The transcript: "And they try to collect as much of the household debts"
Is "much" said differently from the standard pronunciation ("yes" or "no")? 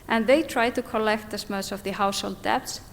yes